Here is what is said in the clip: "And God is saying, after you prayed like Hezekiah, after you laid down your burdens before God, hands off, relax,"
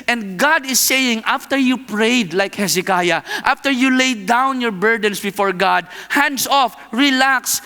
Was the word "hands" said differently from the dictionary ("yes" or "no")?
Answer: yes